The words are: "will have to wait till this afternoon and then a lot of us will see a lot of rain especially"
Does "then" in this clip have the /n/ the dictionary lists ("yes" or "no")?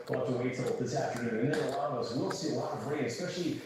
no